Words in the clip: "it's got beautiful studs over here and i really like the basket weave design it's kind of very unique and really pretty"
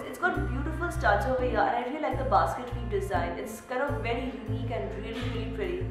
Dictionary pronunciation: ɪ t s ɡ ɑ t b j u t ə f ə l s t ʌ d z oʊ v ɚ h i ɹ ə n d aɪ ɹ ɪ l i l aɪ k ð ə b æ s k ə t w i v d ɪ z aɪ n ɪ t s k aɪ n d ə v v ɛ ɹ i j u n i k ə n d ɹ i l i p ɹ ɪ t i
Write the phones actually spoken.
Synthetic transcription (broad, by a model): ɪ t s ɡ ɑ t b j u t ə f ə l s t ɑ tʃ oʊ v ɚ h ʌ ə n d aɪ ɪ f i l aɪ k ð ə b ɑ s k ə t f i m d ɪ z aɪ n ɪ t s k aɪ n ə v v ɛ ɹ i j u n i k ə n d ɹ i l i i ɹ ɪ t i